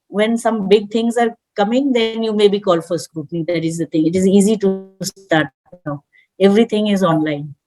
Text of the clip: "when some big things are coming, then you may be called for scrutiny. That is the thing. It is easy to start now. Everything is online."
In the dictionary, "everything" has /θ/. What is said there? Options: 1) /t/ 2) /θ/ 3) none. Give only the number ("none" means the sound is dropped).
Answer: 1